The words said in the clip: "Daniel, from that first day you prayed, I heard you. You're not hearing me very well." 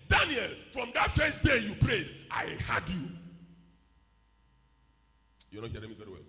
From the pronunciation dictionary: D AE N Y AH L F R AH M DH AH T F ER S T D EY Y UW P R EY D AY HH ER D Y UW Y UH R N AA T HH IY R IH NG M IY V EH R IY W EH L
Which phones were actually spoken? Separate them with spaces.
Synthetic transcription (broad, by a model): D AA N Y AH L F R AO M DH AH T F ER S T D EY Y UW P R EY D AY HH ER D Y UW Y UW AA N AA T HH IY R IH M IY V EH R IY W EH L